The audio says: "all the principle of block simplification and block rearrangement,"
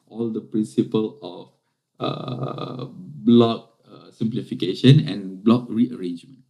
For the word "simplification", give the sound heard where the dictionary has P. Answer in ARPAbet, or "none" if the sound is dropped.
P